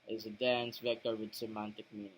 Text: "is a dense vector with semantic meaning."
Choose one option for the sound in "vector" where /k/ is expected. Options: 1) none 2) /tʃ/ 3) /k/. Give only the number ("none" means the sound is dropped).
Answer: 3